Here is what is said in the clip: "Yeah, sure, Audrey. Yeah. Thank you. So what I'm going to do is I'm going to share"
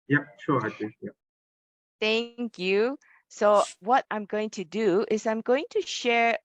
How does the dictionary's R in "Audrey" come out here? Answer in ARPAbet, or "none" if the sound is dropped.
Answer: none